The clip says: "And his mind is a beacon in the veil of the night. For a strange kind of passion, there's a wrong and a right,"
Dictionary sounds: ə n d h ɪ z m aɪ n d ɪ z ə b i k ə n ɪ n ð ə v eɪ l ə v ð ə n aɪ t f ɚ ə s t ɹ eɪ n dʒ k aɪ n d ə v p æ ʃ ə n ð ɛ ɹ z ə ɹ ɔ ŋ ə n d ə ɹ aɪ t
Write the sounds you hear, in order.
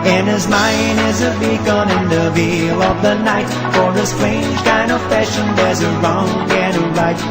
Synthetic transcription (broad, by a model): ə n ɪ z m aɪ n ɪ z ə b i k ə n ɪ n ð ə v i l ə v ð ə n aɪ t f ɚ ə s t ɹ eɪ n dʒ k aɪ n d ə v f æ ʃ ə n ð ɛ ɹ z ə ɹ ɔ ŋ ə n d ə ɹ aɪ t